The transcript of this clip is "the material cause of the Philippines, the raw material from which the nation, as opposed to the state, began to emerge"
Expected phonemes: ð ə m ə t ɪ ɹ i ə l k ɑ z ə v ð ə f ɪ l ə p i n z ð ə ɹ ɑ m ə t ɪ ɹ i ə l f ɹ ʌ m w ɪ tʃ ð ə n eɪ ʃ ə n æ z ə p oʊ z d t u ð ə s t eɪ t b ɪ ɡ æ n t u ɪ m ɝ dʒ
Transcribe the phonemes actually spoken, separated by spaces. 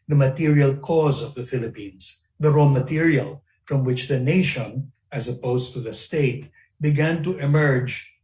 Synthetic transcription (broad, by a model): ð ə m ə t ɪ ɹ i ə l k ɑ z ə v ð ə f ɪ l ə p i n s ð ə ɹ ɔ m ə t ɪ ɹ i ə l f ɹ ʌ m w ɪ tʃ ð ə n eɪ ʃ ə n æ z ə p oʊ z t u ð ə s t eɪ t b ɪ ɡ æ n t u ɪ m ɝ dʒ